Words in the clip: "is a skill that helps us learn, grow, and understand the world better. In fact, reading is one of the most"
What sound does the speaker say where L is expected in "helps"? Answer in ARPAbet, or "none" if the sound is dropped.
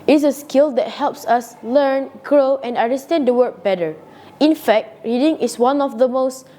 L